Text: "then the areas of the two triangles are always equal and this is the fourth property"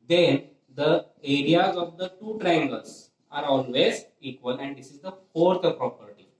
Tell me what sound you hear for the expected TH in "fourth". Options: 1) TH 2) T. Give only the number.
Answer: 2